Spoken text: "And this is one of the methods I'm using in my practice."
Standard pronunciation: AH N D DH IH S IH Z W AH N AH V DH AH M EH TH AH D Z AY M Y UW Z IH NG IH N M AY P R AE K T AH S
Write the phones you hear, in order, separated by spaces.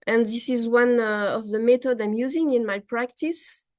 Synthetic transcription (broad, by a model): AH N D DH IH S IH Z W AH N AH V DH AH M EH T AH D AY M Y UW Z IH NG IH N M AY P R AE K T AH S